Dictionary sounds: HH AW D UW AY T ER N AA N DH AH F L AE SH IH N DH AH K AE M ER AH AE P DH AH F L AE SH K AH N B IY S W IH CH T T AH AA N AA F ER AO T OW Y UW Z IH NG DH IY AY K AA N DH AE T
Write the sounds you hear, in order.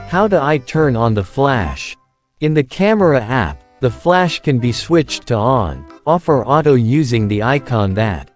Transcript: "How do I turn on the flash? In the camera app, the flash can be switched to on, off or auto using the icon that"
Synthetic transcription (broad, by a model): HH AW D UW AY T ER N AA N DH AH F L AE SH IH N DH AH K AE M ER AH AE P DH AH F L AE SH K AH N B IY S W IH CH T T AH AA N AA F ER AO T OW Y UW Z IH NG DH IY AY K AA N DH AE T